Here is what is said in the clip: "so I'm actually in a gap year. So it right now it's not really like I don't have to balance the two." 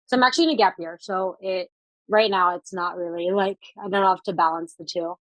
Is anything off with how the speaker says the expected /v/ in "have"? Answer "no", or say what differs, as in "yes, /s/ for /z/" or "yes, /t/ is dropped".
yes, /f/ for /v/